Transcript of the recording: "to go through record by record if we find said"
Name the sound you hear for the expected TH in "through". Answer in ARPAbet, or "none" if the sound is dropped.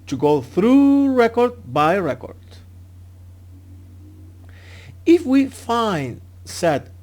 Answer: TH